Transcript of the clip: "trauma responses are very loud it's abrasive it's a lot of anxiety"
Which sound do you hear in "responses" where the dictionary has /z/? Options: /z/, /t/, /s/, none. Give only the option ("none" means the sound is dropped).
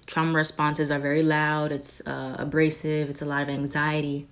/z/